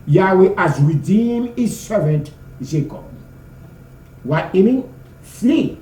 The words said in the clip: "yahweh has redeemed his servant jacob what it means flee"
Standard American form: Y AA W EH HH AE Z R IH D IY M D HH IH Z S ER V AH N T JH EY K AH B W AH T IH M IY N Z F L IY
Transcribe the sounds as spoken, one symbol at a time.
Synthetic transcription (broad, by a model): Y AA W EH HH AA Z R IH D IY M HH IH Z S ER V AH N T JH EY K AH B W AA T IH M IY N F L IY